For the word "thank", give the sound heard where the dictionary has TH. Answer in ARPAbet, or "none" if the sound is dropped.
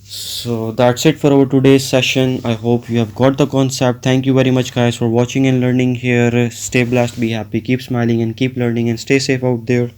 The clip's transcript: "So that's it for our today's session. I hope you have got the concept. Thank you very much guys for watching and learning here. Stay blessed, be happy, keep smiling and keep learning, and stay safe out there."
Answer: T